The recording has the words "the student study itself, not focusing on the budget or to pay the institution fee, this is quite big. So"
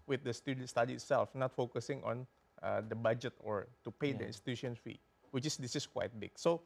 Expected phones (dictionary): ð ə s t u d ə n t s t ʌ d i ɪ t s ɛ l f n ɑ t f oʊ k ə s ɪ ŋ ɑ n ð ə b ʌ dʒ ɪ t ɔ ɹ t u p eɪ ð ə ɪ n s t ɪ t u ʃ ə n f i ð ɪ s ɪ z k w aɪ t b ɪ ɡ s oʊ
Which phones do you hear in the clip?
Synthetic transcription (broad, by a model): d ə s t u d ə n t s t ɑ d i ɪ t s ɛ l f n ɑ t f oʊ k ə s ɪ ŋ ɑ n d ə b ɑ dʒ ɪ t ɔ ɹ t u p eɪ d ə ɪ n s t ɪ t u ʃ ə n f i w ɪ s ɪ s k w aɪ t b ɪ ɡ s oʊ